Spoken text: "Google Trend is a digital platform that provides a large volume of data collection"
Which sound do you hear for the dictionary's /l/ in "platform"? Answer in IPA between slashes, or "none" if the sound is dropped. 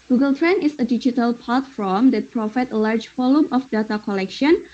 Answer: none